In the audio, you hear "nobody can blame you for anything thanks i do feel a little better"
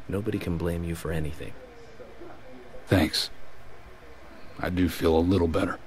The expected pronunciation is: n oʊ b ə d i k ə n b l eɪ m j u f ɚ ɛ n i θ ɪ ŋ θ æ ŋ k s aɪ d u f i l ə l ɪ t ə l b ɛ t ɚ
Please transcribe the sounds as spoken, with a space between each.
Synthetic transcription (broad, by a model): n oʊ b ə d i k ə n b l eɪ m j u f ɚ ɛ n i θ ɪ ŋ θ æ ŋ k s aɪ d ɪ f i l ə l ɪ t l b ɛ t ɚ